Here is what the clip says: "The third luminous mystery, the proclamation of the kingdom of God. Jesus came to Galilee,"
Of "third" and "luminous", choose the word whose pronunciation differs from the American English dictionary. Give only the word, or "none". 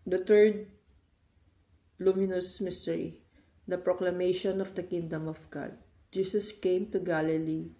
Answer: third